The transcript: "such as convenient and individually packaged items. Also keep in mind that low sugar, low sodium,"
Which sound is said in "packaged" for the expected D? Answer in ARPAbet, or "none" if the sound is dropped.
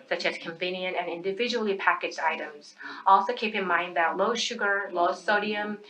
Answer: D